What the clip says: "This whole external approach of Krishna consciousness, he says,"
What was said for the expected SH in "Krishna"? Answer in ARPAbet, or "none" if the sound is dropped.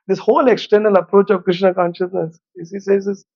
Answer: SH